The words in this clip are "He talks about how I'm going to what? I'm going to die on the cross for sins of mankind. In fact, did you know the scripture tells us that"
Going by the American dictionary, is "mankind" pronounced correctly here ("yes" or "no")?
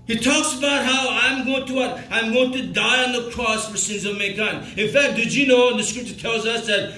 no